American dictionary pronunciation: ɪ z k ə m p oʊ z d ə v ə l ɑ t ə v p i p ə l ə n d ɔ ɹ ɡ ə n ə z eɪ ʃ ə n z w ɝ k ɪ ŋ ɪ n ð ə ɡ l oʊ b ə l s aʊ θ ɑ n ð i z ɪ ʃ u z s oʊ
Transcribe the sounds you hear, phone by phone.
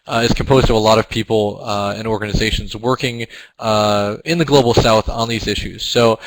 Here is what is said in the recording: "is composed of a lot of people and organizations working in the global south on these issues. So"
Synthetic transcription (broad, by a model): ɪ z k m p oʊ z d ə v ə l ɑ t ə v p i p l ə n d ɔ ɹ ɡ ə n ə z eɪ ʃ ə n z w ɝ k ɪ ŋ ɪ n ð ə ɡ l oʊ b l s aʊ θ n ð i z ɪ ʃ u z s oʊ